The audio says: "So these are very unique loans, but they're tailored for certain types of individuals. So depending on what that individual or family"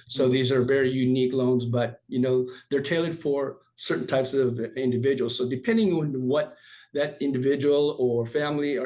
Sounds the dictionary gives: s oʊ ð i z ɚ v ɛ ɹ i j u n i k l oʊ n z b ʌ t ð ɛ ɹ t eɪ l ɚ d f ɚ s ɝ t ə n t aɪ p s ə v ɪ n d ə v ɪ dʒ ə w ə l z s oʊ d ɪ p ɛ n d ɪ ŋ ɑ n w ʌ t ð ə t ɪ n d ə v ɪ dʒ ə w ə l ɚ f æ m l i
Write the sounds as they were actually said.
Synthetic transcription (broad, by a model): s oʊ ð i z ɚ v ɛ ɹ i j u n i k l oʊ n z b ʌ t ð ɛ ɹ t eɪ l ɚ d f ɚ s ɝ t n t aɪ p s ə v ɪ n d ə v ɪ dʒ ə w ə l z s oʊ d ɪ p ɛ n d ɪ ŋ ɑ n w ʌ t ð ə t ɪ n d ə v ɪ dʒ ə w l ɚ f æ m l i